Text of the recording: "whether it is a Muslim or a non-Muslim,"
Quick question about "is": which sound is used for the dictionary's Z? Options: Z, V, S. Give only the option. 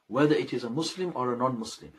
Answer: Z